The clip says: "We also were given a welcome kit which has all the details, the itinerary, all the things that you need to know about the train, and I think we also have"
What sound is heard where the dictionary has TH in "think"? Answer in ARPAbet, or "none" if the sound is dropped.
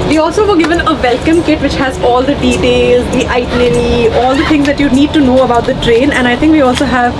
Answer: T